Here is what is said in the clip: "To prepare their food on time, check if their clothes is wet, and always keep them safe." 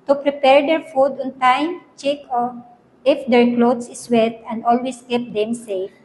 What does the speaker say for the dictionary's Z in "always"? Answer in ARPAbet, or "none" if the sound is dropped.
S